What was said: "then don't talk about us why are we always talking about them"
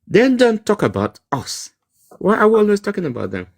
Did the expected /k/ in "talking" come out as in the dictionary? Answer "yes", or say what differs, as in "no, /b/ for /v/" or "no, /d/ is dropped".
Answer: yes